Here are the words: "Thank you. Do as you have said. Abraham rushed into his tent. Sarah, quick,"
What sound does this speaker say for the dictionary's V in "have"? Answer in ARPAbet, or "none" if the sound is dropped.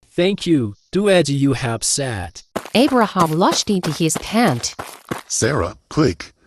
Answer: P